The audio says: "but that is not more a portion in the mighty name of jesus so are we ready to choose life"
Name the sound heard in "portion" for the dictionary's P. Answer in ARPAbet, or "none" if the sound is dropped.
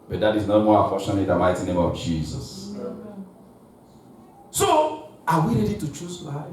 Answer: F